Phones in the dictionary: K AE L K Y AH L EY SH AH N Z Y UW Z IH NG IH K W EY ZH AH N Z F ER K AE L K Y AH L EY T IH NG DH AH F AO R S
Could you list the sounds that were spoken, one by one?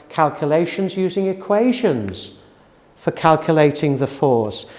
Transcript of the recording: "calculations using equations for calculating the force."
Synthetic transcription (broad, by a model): K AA L K Y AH L EY SH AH N Z Y UW Z IH NG IH K W EY ZH AH N Z F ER K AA L K Y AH L EY T IH NG DH AH F AO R S